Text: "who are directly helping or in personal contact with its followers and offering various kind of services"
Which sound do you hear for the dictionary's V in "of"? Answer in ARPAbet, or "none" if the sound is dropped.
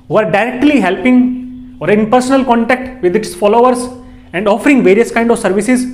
V